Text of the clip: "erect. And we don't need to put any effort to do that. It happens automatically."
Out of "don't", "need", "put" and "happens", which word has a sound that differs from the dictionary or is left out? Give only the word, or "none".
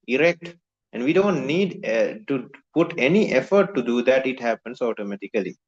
happens